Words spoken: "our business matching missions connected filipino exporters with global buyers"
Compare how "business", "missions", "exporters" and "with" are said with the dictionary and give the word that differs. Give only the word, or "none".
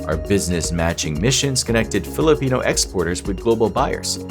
none